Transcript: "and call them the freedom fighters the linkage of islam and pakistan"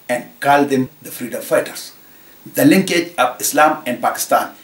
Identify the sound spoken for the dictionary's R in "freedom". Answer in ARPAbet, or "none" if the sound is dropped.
R